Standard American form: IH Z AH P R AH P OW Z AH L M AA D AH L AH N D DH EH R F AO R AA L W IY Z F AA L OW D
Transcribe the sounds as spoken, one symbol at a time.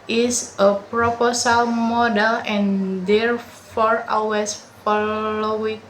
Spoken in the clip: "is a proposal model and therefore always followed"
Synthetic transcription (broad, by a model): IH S AH P R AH P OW S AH L M AA D AH L AH N D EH R F AO R AA W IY S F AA L OW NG